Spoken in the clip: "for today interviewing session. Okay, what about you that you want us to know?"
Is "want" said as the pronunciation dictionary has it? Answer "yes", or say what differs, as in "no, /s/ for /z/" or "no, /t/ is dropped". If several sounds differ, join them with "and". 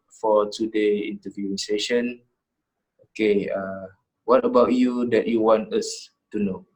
yes